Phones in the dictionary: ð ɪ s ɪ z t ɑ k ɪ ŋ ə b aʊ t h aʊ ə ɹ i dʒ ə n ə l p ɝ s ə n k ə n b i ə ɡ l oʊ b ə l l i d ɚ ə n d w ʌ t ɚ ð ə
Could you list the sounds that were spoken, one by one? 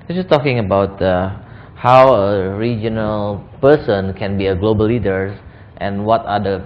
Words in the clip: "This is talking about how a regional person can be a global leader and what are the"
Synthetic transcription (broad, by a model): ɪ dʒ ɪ s t ɑ k ɪ ŋ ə b aʊ t h aʊ ə ɹ i dʒ ə n ə l p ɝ s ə n k ə n b i ə ɡ l oʊ b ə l l i d ɚ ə n w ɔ t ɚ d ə